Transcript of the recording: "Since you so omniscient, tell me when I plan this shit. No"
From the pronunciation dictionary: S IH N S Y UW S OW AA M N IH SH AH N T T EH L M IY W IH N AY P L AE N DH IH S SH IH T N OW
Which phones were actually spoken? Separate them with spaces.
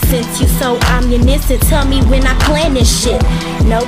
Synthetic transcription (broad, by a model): S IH N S Y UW S OW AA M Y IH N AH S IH T EH L M IY W IH N AY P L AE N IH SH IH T N OW